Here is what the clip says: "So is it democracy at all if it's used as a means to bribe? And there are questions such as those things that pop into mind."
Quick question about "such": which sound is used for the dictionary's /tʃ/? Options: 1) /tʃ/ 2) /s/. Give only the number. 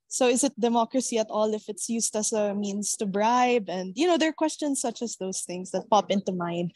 1